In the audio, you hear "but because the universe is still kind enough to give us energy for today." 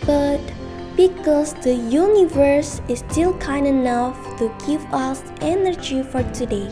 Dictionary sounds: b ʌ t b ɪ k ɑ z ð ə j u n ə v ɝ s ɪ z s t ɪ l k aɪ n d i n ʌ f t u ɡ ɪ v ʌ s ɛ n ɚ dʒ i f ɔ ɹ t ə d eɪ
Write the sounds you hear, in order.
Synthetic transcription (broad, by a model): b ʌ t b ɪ k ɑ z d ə j u n ə v ɝ s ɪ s t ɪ l k aɪ n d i n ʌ f t u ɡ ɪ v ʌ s ɛ n ɚ dʒ i f ɔ ɹ t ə d eɪ